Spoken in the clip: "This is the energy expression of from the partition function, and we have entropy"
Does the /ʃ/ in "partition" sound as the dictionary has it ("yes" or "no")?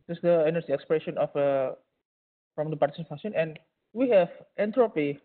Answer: no